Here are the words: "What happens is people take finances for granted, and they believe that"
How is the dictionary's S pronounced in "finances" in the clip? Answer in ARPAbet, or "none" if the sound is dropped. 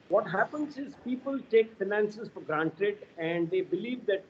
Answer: S